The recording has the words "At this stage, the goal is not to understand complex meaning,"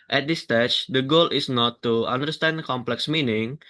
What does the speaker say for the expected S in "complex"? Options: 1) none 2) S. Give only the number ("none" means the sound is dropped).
2